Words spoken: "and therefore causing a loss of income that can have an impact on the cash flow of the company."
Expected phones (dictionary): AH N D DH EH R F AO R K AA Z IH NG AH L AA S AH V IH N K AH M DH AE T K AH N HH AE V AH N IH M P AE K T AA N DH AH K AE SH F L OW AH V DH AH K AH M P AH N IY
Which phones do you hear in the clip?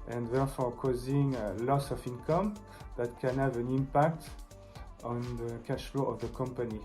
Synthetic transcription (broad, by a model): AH N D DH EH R F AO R K AA Z IH NG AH L AA S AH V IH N K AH M DH AE T K AH N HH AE V AH N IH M P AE K T AA N DH AH K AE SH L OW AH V DH AH K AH M P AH N IY